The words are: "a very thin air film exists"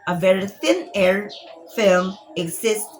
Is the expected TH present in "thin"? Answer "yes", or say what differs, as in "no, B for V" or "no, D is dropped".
yes